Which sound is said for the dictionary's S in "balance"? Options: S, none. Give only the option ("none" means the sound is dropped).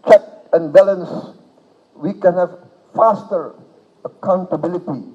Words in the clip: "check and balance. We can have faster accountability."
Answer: S